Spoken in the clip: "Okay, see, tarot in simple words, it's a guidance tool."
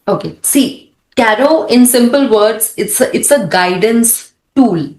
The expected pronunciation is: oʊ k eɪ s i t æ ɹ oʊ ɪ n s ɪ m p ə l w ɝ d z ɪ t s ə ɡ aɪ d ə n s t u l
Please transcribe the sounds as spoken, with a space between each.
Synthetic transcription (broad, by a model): oʊ k eɪ s i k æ ɹ oʊ ɪ n s ɪ m p ə l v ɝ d s ɪ t s ə ɡ aɪ d ə n s t u l